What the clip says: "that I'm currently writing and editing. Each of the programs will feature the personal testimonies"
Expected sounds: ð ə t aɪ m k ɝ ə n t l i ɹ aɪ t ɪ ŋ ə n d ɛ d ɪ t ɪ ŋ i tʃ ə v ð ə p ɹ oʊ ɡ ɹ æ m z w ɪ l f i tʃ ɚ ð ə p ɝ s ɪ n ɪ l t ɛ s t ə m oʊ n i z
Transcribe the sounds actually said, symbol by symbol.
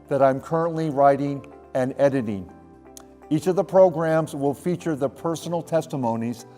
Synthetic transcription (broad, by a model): ð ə t aɪ m k ɝ ə n t l i ɹ aɪ t ɪ ŋ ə n ɛ d ɪ t ɪ ŋ i tʃ ə v ð ə p ɹ oʊ ɡ ɹ æ m z w ɪ l f i tʃ ɚ ð ə p ɝ s n l t ɛ s t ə m oʊ n i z